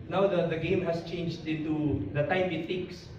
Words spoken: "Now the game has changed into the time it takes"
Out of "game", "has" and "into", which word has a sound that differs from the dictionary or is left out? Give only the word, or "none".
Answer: has